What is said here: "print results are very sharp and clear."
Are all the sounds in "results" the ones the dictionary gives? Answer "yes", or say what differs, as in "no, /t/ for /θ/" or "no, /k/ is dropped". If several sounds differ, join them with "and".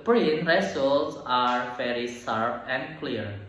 no, /s/ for /z/